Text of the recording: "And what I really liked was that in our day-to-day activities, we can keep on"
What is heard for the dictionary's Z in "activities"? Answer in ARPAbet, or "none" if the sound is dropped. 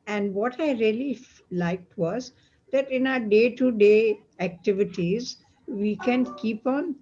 Z